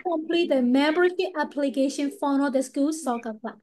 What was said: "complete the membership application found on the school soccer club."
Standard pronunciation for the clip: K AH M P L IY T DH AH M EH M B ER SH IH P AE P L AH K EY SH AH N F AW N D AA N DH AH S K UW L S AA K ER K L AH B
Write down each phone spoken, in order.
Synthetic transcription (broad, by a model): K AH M P L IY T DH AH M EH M B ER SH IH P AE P L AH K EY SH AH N F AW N AA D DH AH S K UW L S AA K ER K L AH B